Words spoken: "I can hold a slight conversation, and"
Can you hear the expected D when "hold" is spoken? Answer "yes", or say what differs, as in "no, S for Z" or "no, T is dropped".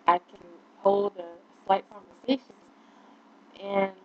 yes